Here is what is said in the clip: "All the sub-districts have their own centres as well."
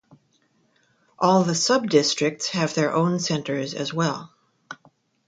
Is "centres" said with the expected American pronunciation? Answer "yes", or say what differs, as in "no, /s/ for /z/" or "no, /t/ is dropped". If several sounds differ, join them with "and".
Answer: yes